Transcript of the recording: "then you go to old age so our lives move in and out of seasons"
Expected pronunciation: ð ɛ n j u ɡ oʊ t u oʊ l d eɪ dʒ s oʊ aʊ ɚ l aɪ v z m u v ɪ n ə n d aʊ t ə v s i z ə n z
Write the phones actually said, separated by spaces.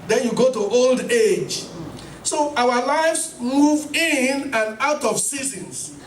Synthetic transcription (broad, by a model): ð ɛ n j u ɡ oʊ t u oʊ l d eɪ dʒ s oʊ aʊ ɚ l aɪ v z m u v ɪ n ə n aʊ t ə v s i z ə n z